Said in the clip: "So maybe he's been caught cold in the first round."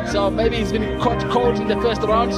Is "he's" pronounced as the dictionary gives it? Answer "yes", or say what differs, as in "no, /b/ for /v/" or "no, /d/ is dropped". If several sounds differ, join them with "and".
yes